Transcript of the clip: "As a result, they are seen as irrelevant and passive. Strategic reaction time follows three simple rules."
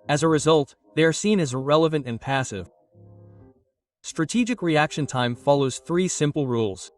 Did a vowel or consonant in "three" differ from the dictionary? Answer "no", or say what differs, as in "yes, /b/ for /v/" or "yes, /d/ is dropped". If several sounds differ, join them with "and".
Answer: no